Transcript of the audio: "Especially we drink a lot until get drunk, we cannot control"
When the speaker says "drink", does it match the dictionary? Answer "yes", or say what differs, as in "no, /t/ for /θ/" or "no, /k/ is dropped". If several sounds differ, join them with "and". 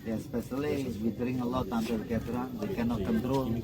no, /k/ is dropped